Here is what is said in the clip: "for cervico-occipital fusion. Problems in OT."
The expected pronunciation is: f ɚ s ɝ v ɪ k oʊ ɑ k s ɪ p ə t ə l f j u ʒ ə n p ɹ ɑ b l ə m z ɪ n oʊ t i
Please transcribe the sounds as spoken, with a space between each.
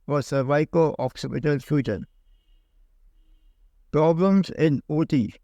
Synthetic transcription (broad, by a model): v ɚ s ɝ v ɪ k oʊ ɑ k s ɪ p ə t ə l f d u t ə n p ɹ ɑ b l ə m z ɪ n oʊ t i